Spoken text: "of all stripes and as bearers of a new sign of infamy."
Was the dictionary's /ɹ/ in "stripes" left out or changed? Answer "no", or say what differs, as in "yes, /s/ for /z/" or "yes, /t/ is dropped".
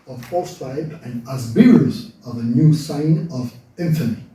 yes, /ɹ/ is dropped